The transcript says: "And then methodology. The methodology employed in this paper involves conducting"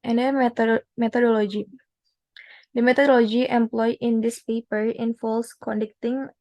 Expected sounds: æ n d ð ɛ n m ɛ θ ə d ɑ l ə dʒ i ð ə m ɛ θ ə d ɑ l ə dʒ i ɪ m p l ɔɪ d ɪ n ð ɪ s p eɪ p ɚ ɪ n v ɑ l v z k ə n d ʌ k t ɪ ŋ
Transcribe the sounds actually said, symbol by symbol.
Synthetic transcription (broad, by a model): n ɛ n m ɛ t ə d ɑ l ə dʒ i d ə m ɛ t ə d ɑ l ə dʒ i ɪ m p l ɔɪ ɪ n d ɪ s p eɪ p ɚ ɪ n f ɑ l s k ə n d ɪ k t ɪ ŋ